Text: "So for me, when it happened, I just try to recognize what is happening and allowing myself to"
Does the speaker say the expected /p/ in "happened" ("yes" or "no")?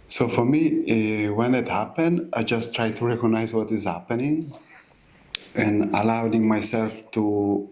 yes